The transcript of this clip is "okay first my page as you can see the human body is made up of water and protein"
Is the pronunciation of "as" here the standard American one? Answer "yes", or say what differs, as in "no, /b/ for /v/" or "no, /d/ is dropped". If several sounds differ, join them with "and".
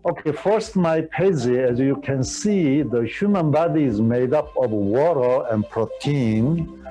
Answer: yes